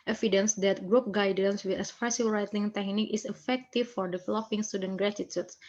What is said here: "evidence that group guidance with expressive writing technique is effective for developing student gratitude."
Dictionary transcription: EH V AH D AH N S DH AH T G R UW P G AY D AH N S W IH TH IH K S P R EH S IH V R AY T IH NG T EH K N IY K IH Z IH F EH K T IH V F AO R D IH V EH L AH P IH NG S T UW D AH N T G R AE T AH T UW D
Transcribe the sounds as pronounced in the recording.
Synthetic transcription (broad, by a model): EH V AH D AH N S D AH T G R UW P G AY D AH N S W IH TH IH S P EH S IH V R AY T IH NG T EH K N IY K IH S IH F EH K T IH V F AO R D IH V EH L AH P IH NG S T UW D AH N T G R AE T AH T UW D